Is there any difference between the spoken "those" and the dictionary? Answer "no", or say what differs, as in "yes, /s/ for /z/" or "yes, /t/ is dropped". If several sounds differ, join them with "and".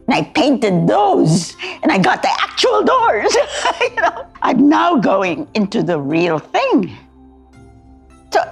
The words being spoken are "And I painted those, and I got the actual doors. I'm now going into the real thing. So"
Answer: no